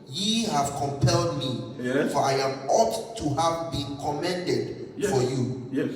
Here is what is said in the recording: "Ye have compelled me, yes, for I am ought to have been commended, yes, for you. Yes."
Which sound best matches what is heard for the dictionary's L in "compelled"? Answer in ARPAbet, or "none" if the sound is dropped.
L